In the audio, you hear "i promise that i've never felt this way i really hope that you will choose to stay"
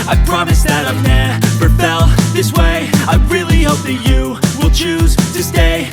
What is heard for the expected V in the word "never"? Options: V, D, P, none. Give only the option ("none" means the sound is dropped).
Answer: P